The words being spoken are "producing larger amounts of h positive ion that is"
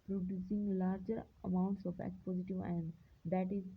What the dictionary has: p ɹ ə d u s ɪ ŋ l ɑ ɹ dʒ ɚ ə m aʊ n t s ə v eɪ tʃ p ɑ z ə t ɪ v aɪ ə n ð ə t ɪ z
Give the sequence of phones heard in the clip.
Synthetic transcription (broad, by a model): p ɹ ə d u s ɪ ŋ l ɑ ɹ dʒ ɚ ə m aʊ n t s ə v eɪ s p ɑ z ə t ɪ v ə n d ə t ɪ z